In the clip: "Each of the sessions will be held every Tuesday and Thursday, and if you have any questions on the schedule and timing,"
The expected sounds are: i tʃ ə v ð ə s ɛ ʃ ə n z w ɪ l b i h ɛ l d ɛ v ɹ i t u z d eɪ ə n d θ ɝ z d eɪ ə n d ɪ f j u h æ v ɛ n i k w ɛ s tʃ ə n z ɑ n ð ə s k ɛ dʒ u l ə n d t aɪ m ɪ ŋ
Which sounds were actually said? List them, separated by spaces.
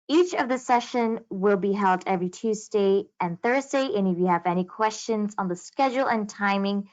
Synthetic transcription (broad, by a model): i tʃ ə v ð ə s ɛ ʃ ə n w ɪ l b i h ɛ l d ɛ v ɹ i t u z d eɪ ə n θ ɝ z d eɪ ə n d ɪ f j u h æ v ɛ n i k w ɛ s tʃ ə n z n ð ə s k ɛ dʒ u l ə n t aɪ m ɪ ŋ